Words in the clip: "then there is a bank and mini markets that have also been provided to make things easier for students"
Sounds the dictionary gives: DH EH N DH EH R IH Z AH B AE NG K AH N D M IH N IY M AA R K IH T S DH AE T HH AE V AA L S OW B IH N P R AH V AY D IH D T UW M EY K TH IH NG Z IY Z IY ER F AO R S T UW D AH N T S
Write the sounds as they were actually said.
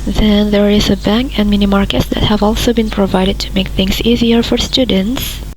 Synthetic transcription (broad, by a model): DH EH N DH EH R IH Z AH B AE NG K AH N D M IH N IY M AA R K IH T S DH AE T HH AE V AA L S OW B IH N P R AH V AY D IH D T UW M EY K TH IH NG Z IY Z IY ER F AO R S T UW D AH N T S